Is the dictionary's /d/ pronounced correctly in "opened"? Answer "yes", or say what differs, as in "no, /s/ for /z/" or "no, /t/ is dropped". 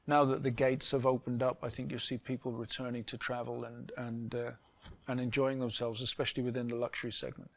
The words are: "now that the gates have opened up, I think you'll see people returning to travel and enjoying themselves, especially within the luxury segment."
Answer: yes